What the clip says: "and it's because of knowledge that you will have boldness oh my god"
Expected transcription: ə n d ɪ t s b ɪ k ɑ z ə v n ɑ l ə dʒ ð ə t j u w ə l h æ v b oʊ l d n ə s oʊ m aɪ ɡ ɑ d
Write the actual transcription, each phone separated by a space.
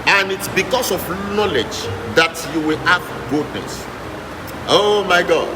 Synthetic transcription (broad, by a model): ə n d ɪ t s b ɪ k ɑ s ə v n ɑ l ə dʒ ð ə t j u w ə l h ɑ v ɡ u d n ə s oʊ m aɪ ɡ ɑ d